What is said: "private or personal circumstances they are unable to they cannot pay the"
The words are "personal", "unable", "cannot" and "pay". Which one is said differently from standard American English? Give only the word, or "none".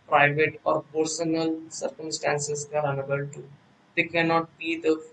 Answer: pay